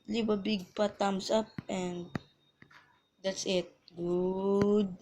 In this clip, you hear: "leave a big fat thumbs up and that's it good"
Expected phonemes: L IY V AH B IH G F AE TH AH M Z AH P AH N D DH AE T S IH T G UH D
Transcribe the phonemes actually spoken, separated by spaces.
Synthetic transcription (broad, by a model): L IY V AH B IH G P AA T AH M S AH P AH N D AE T S IH T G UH D